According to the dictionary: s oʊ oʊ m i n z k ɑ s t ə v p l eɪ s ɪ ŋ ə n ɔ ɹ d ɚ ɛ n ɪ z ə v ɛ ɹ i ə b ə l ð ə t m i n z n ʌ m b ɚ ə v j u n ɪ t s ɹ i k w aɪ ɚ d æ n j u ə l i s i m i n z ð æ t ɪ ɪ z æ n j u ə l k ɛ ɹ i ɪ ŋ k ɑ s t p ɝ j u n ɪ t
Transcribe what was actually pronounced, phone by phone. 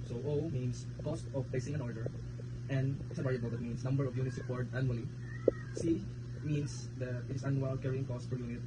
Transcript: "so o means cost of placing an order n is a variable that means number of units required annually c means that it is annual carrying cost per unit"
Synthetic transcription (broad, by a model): s oʊ oʊ m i n s k ɑ s t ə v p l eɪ s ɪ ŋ ə n ɔ ɹ d ɚ ɛ n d s ə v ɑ ɹ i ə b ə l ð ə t m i n s n ʌ m b ɚ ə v j u n ɪ t s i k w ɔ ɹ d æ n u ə l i s i m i n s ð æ t ɪ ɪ s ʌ n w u l k ɛ ɹ i ɪ ŋ k ɑ s t f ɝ j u n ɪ t